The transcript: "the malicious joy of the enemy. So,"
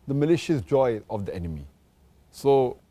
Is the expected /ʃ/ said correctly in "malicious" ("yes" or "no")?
yes